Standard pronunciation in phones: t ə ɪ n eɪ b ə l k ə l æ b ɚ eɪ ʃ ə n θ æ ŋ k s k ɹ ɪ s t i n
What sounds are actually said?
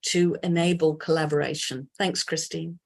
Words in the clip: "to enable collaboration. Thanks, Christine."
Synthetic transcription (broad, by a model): t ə ɪ n eɪ b ə l k ə l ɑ b ɚ eɪ ʃ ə n θ æ ŋ k s k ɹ ɪ s t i n